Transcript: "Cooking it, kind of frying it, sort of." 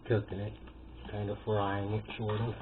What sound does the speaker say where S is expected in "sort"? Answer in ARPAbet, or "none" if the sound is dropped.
SH